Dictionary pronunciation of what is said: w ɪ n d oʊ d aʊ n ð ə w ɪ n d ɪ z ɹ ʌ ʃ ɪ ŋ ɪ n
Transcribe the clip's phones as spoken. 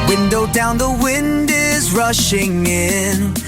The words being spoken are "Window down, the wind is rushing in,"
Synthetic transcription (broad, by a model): w ɪ n d oʊ d aʊ n ð ə w ɪ n d ɪ z ɹ ʌ ʃ ɪ ŋ ɪ n